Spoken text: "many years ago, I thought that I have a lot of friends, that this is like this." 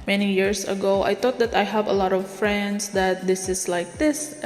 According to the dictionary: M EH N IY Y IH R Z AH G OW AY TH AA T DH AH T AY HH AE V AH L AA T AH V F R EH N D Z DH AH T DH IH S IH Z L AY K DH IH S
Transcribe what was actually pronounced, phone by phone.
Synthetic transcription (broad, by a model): M EH N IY Y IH R S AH G OW AY T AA T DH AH T AY HH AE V AH L AA T AH V F R EH N D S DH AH T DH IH S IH S L AY K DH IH S